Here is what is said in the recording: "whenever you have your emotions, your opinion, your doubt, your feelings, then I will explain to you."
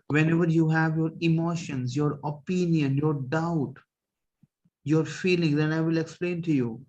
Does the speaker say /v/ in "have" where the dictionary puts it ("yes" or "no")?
yes